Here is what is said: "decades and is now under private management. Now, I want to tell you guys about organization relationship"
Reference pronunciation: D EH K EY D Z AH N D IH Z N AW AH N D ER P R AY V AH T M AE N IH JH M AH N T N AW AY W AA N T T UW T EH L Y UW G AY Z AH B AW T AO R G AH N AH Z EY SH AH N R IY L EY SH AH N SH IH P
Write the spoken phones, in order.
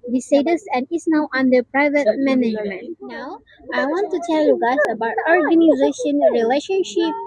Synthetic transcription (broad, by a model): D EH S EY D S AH N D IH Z N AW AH N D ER P R AY V AH T M AE N IH JH M AH N T N AW AY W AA N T T UW T EH L Y UW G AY S AH B AW T AO R G AH N AH Z EY SH AH N R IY L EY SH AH N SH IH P